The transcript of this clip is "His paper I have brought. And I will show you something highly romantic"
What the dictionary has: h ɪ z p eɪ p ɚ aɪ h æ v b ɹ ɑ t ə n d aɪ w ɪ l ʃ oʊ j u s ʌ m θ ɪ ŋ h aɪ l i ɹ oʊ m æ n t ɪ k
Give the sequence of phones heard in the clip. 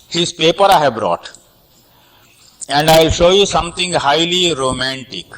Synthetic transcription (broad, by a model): h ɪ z p eɪ p ɚ aɪ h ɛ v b ɹ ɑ t ə n d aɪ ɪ l ʃ oʊ j u s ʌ m t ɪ ŋ h aɪ l i ɹ oʊ m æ n t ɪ k